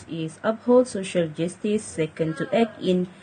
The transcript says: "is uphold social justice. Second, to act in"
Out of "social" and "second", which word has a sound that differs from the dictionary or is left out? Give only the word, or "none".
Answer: none